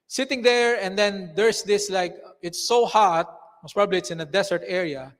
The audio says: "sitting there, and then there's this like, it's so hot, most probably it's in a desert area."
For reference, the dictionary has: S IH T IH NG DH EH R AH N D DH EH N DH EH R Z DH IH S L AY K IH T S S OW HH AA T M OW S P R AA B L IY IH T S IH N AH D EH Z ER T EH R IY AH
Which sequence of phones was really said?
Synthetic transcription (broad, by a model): S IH T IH NG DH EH R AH N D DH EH N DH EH R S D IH S L AY K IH T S S OW HH AA T M OW S P R AA B L IY IH T S IH N AH D EH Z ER T EH R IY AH